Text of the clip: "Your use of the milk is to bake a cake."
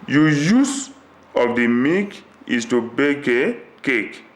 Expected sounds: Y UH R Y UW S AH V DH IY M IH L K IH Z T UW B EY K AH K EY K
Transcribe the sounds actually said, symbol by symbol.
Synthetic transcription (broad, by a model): Y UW Y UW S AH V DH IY M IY K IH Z T UW B EY K AH K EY K